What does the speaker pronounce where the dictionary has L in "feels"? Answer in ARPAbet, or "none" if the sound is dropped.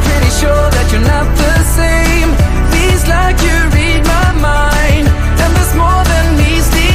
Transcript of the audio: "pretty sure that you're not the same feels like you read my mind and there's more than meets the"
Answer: none